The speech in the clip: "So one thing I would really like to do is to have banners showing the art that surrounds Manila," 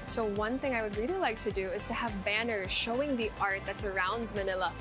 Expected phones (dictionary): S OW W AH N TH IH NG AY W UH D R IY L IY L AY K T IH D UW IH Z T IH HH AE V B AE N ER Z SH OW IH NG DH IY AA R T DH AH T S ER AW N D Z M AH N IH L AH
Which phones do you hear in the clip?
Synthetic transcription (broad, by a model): S OW W AH N TH IH NG AY W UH D R IY L IY L AY K T IH D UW IH Z T IH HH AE V B AE N ER Z SH OW IH NG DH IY AA R T DH AH T S ER AW N D Z M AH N IH L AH